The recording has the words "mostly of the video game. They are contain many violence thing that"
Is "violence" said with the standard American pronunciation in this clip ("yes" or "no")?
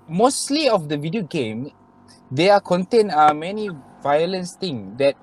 yes